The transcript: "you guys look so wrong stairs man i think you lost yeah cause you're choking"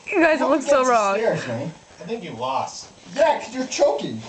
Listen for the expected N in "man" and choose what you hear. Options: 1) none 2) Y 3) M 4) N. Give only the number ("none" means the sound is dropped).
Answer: 1